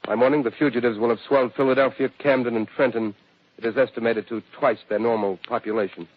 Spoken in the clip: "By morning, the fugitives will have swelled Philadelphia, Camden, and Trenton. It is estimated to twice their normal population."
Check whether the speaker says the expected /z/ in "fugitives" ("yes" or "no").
yes